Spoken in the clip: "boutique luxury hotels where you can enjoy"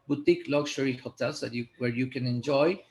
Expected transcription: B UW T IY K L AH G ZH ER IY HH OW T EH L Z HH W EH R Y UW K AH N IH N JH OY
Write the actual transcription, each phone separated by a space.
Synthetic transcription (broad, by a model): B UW T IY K L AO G SH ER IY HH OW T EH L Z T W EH R Y UW K AH N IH N JH OY